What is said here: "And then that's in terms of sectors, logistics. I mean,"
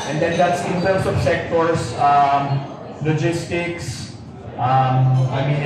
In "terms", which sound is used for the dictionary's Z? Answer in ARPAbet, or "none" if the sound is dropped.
S